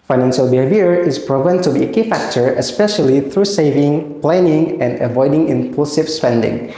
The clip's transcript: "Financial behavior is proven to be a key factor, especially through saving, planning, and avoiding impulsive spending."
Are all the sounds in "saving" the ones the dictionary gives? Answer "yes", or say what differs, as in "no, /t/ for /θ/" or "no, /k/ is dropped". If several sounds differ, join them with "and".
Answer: yes